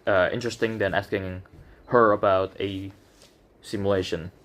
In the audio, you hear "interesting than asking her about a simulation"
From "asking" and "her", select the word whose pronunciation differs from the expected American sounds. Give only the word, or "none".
none